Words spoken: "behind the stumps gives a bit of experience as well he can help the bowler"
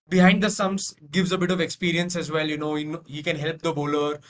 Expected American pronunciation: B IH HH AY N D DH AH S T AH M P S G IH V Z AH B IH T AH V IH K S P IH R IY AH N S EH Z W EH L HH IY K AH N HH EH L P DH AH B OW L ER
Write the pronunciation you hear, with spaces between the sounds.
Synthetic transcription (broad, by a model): B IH HH AY N D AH S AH M S G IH V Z AH B IH T AH V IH K S P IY R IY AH N S EH Z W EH L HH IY K AH N HH EH L P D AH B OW L ER